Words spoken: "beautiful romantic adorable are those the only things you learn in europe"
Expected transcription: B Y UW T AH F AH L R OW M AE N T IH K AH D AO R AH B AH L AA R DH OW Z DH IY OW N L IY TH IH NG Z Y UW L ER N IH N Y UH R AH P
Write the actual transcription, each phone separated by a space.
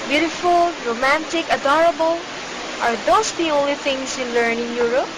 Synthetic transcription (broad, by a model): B Y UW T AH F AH L R OW M AE N T IH K AH D AO R AH B AH L AA R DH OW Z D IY OW N L IY T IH NG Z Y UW L ER N IH N Y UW R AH P